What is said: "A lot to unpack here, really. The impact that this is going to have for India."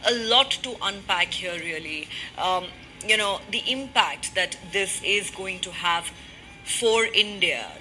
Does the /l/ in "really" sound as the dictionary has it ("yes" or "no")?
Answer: no